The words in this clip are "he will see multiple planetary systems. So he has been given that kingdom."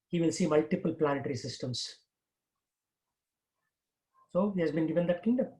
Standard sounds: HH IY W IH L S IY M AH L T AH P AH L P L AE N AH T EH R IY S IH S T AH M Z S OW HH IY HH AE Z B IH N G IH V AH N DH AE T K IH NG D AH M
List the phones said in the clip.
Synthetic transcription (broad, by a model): HH IY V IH L S IY M AH L T AH P AH L P L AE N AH T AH R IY S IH S T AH M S S OW HH IY HH AE Z B IH N G IH V AH N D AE T K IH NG D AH M